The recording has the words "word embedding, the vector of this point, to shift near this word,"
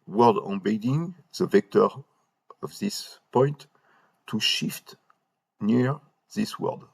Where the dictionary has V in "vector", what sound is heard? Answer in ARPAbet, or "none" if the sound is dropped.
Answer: V